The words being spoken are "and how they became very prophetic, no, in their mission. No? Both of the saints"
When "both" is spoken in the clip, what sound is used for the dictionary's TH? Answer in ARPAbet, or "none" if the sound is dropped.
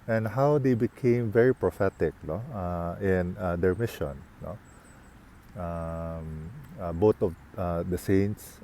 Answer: T